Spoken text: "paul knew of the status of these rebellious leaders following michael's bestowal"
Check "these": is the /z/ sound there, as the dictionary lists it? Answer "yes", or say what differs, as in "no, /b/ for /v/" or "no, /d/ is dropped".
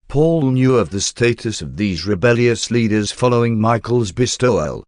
yes